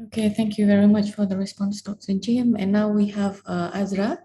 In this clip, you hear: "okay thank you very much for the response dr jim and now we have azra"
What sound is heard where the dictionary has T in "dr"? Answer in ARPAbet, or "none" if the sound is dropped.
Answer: S